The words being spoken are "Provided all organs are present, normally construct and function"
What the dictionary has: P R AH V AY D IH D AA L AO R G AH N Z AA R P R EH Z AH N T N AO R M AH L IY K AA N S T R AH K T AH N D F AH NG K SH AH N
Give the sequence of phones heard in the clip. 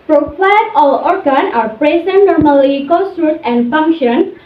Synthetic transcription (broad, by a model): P R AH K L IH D AA L AO R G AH N AA R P R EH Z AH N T N AO R M AH L IY K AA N S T R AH T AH N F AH NG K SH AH N